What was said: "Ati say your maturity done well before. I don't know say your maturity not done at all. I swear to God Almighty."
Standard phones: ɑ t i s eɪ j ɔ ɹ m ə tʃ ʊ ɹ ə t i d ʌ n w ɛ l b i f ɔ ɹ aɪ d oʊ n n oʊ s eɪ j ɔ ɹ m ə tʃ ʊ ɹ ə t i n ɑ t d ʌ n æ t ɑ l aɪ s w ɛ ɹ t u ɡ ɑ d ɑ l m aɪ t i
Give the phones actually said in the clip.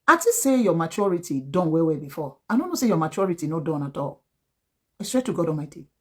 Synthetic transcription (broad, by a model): ɑ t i s eɪ j ɔ m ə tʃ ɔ ɹ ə t i d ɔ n w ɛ w b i f ɔ aɪ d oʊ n n oʊ s eɪ j ɔ m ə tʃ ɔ ɹ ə t i n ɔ d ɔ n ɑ t ɑ l aɪ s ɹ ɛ t u ɡ ɑ d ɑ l m aɪ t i